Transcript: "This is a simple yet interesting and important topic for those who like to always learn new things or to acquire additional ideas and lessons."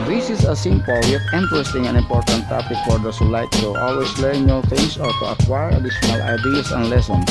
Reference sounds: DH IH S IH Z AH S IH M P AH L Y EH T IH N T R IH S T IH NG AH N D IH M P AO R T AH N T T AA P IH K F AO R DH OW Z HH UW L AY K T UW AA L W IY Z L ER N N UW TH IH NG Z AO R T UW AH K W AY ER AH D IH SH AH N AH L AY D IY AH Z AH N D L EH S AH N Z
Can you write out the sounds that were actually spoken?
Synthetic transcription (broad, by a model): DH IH S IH S AH S IH M P AH L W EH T IH N T R IH S T IH NG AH N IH M P AO R T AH N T T AA P IH K F AO R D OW S HH UW L AY K T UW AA L W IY S L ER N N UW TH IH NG S AO R T UW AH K W AY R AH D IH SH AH N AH L AY D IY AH S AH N L EH S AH N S